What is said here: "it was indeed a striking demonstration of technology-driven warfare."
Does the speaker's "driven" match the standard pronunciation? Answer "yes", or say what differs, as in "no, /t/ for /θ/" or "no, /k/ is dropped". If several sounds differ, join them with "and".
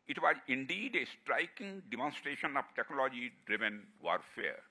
yes